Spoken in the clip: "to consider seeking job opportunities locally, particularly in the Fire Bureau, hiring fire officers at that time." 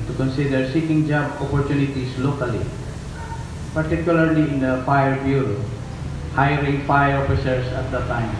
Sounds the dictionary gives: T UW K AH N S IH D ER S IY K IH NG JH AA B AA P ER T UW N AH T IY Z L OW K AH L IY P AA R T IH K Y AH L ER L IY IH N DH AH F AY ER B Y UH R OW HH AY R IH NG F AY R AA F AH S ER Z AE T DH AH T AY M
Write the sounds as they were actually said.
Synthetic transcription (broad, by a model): T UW K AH N S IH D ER S IY K IH NG JH AA B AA P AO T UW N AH T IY S L OW K AH L IY P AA R T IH K Y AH L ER L IY IH N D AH F AY ER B Y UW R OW HH AY R IH NG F AY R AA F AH S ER S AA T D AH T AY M